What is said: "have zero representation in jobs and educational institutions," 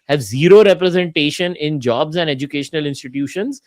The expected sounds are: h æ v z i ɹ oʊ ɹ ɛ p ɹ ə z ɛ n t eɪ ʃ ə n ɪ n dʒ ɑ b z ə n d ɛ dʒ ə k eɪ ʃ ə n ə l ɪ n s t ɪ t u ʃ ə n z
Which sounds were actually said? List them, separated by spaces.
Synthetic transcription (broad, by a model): h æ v z i ɹ oʊ ɹ ɛ p ɹ ə z ɛ n t eɪ ʃ ə n ɪ n dʒ ɑ b z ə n d ɛ dʒ ə k eɪ ʃ ə n ə l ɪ n s t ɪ t u ʃ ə n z